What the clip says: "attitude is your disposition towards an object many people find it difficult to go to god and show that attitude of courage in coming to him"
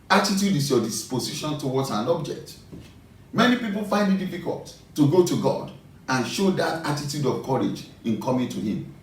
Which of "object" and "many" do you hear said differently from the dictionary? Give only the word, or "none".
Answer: none